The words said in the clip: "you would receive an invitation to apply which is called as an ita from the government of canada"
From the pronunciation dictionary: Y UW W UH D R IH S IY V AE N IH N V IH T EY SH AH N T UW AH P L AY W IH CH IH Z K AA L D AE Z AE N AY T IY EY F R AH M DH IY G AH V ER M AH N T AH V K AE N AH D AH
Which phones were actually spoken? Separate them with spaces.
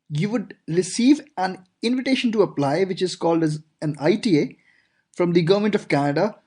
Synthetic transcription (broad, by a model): Y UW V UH D R IH S IY V AE N IH N V IH T EY SH AH N T UW AH P L AY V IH CH IH Z K AA L D AE Z AE N AY T IY EY F R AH M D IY G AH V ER M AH N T AH V K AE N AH D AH